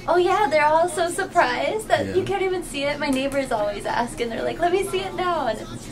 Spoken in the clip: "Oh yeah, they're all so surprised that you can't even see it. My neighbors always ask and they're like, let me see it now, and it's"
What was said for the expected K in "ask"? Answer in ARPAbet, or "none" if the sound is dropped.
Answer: K